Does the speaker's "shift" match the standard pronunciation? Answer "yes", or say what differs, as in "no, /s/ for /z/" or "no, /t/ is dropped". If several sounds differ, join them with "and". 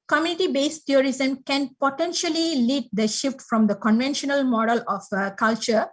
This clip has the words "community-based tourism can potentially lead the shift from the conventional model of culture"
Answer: yes